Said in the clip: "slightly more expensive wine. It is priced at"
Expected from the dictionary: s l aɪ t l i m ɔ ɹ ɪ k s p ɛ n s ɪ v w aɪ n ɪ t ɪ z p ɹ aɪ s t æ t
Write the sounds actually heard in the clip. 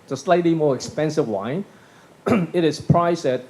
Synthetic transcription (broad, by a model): s l aɪ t l i m ɔ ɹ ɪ k s p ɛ n s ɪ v w aɪ n ɪ t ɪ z p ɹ aɪ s æ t